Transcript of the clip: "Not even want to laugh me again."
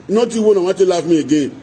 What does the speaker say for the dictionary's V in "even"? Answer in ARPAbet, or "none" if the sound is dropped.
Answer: W